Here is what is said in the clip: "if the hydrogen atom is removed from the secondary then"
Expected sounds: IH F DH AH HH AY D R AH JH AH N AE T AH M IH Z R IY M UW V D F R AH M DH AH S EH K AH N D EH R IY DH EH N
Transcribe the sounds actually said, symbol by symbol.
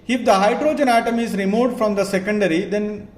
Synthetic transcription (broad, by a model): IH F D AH HH AY D R AH JH AH N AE T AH M IH Z R IY M UW V D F R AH M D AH S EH K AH N D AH R IY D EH N